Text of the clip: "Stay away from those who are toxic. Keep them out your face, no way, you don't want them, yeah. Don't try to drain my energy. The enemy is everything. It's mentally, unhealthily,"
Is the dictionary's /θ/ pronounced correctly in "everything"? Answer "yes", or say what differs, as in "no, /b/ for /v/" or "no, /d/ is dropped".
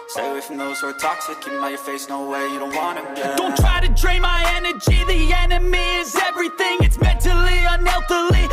yes